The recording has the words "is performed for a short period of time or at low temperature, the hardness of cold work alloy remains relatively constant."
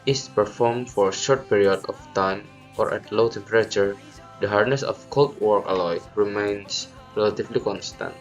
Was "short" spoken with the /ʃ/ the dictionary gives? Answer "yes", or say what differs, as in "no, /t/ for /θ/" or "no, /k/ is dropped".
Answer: yes